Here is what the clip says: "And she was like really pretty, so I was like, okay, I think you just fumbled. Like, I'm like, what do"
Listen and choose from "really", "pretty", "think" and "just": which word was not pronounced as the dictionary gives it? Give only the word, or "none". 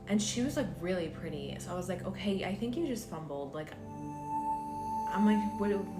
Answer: none